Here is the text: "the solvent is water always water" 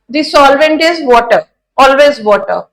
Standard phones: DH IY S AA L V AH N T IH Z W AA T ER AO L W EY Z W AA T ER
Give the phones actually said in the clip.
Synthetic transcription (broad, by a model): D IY S AA L V AH N T IH Z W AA T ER AO L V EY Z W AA T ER